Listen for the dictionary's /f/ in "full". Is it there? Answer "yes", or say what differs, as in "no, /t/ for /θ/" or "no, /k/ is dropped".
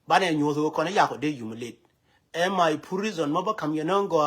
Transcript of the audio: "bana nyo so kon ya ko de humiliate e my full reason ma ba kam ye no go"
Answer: no, /p/ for /f/